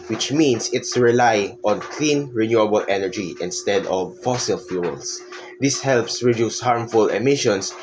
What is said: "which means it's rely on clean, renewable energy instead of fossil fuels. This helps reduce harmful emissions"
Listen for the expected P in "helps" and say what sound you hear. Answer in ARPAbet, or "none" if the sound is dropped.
P